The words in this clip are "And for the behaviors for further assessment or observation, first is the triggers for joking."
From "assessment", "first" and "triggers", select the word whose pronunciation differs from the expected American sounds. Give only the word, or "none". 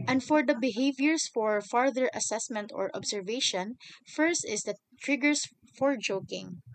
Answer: triggers